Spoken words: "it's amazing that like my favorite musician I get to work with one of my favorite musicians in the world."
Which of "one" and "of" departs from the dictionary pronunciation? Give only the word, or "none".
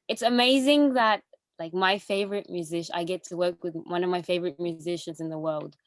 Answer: none